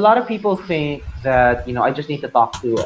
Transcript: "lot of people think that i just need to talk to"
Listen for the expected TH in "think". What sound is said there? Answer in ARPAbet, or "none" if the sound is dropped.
TH